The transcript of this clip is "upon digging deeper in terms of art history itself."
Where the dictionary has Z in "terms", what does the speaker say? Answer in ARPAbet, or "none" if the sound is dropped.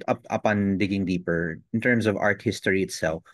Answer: S